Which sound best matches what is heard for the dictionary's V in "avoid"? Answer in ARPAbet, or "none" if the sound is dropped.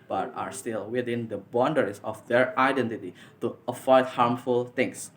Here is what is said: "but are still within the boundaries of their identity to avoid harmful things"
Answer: F